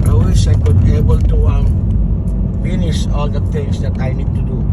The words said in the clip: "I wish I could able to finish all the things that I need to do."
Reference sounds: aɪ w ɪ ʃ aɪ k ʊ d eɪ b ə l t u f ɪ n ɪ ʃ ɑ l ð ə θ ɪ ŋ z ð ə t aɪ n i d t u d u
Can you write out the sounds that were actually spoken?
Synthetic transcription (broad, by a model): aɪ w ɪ s aɪ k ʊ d eɪ b ə l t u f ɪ n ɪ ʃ ɑ l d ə t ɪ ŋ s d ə t aɪ n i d t u d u